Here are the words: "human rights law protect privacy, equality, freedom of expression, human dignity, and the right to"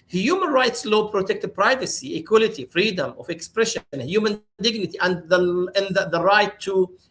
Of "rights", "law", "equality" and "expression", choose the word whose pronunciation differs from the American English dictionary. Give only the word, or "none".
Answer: none